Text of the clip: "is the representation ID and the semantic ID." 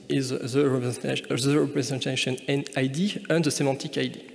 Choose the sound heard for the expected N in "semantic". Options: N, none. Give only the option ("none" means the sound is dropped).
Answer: none